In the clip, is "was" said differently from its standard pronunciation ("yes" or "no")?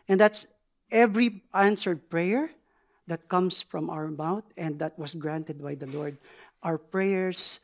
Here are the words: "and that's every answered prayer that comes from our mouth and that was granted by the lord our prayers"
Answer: yes